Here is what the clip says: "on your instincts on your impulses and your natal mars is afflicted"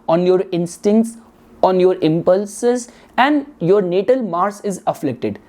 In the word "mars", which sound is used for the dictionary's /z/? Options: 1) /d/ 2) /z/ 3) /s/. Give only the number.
3